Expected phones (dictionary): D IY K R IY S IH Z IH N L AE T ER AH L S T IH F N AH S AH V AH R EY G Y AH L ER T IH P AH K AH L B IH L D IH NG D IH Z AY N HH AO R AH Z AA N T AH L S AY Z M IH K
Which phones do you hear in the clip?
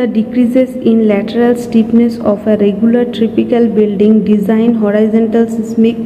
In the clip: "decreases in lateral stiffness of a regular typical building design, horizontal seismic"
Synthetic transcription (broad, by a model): D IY K R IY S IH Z IH N L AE T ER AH L S T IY P N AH S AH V AH R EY G Y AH L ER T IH P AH K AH L B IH L D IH NG D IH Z AY N HH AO R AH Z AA N T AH L S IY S M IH K